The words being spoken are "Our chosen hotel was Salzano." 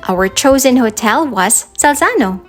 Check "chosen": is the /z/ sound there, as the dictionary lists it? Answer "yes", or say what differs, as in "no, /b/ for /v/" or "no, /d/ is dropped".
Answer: yes